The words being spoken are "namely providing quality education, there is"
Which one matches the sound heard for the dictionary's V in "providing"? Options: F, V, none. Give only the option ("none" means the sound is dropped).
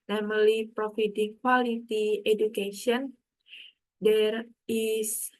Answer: F